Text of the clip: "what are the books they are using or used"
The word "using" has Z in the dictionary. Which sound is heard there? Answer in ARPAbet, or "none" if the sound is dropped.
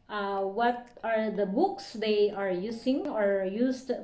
S